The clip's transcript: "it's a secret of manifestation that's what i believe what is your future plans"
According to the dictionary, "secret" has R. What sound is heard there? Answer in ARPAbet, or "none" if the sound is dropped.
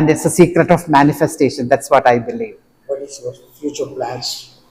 R